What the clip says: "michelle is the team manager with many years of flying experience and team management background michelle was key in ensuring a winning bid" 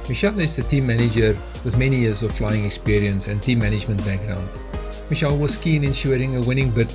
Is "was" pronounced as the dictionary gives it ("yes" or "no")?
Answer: no